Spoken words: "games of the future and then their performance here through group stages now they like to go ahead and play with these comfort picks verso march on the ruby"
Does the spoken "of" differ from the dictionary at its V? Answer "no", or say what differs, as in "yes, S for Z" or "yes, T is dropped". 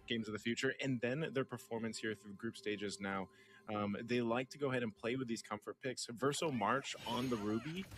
no